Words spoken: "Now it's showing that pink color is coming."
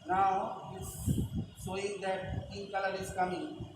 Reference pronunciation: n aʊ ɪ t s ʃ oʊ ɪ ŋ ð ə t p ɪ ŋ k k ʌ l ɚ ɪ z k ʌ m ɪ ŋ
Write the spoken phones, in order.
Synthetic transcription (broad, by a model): n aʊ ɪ s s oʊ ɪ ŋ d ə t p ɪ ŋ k k ʌ l ɚ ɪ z k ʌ m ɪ ŋ